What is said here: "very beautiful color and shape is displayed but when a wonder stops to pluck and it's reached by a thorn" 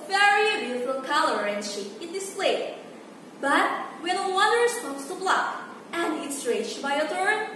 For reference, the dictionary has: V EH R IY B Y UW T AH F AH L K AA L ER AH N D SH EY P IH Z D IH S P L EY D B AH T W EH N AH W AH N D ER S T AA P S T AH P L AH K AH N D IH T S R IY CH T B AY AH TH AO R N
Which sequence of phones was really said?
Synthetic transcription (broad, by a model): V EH R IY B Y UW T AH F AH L K AA L ER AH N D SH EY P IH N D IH S P L EY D B AH T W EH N AH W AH D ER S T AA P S T AH B L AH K AH N D IH T S R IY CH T B AY AH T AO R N